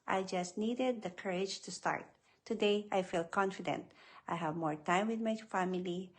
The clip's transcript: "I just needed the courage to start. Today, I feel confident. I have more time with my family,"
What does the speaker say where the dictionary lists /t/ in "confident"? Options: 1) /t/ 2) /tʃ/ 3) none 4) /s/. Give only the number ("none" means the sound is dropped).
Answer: 1